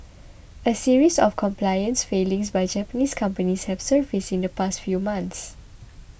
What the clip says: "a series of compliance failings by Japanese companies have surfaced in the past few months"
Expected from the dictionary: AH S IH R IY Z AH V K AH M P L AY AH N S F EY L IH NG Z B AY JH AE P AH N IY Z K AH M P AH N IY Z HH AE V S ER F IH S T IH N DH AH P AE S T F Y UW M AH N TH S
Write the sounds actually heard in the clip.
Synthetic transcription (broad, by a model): AH S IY R IY S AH F K AH M P L AY AH N S F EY L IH NG S B AY JH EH P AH N IY S K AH M P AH N IY S HH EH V S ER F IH S IH N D AH P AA S T F Y UW M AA N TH S